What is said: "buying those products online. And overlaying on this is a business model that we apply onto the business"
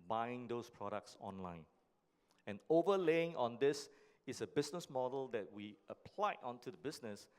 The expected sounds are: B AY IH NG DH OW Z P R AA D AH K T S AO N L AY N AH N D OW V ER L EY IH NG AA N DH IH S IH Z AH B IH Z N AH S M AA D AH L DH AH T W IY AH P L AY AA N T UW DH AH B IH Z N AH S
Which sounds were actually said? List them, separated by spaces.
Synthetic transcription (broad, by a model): B AY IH NG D OW S P R AA D AH K T S AO N L AY N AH N OW V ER L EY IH NG AA N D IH S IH S AH B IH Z N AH S M AA D AH L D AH T W IY AH P L AY AA N T UW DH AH B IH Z N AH S